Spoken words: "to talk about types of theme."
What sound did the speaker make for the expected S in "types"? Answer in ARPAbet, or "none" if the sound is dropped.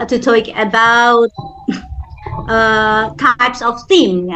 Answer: S